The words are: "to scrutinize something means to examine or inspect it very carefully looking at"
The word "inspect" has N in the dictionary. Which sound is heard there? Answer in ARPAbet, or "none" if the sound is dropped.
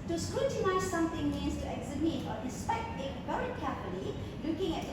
none